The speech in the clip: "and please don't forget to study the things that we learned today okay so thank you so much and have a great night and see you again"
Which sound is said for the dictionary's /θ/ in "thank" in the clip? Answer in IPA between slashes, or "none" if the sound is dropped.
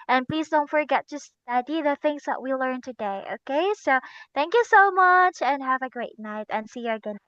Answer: /θ/